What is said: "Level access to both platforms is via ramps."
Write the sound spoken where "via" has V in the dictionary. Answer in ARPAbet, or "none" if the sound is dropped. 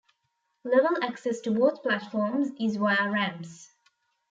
W